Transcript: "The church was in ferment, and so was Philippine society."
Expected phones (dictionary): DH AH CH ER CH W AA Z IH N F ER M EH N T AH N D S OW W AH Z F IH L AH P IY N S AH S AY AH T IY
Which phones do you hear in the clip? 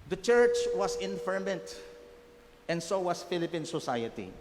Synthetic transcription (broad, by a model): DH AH CH ER CH W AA S IH N F ER M EH N T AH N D S OW W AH S F IH L AH P IY N S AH S AY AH T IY